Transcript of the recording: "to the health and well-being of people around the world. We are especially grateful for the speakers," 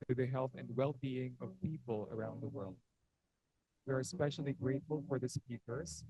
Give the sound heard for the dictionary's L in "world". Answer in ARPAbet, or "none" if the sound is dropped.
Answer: L